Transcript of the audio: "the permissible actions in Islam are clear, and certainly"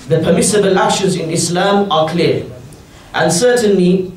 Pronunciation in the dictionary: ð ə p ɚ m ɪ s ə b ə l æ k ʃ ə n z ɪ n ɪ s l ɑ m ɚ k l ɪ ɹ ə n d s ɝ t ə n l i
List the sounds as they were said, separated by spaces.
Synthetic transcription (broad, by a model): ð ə p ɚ m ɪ s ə b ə l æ ʃ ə z ɪ n ɪ s l ɑ m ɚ k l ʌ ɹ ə n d s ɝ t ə n l i